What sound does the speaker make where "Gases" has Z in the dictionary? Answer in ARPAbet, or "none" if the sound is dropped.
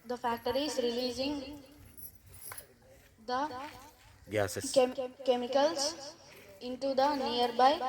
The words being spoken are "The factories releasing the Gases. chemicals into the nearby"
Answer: none